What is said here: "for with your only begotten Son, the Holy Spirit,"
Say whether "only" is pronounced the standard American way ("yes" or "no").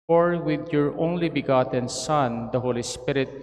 yes